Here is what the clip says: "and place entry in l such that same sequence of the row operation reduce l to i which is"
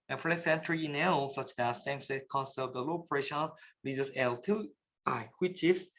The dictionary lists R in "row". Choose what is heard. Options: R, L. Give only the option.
L